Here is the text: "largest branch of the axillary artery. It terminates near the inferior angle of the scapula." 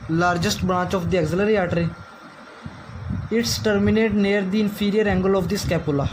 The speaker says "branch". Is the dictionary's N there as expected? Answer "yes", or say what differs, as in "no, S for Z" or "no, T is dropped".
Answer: no, N is dropped